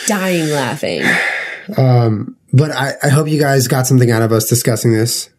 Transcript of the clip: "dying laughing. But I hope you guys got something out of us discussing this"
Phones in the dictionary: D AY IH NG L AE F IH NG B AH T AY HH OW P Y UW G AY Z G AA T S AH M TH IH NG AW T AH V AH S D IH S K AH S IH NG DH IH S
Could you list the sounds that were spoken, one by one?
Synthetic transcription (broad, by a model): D AY IH NG L AE F IH NG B AH T AY HH OW P Y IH G AY Z G AA T S AH M TH IH NG AW T AH V AH S D IH S K AH S IH NG DH IH S